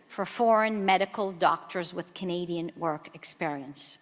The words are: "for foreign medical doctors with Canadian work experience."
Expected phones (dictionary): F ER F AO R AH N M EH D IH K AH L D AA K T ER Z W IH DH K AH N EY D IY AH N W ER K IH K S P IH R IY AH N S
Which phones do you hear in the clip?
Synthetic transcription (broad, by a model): F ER F AO R AH N M EH D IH K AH L D AA K T ER Z W IH DH K AH N EY D IY AH N W ER K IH K S P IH R IY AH N S